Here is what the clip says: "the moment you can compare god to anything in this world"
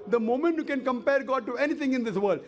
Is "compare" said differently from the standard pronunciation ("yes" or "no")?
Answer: no